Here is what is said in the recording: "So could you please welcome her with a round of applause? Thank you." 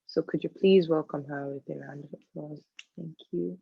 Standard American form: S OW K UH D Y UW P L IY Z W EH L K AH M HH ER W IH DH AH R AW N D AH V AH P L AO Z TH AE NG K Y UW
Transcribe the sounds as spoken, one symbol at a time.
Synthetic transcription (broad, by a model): S OW K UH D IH P L IY Z W EH L K AH M HH ER W IH DH AH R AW N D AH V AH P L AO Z TH AE NG K Y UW